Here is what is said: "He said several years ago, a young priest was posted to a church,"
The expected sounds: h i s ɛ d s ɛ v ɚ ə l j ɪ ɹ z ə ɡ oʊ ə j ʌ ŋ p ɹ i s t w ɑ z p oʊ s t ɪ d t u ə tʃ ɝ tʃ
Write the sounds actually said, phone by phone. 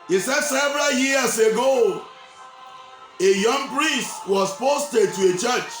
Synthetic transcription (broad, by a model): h i s ɛ d s ɛ v ɚ ə l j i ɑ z ə ɡ oʊ ə j ʌ ŋ p ɹ i s t w ɑ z p oʊ s t ɪ d t u ə tʃ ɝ tʃ